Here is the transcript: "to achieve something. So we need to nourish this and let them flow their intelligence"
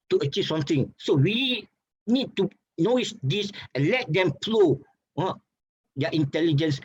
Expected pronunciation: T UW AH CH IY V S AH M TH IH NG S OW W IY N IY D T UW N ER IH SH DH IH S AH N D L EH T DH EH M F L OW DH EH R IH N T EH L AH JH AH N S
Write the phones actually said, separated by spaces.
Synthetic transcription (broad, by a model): T UW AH CH IY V S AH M T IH NG S OW W IY N IY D T UW N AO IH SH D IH S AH N L EH T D EH M P L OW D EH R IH N T EH L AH JH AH N S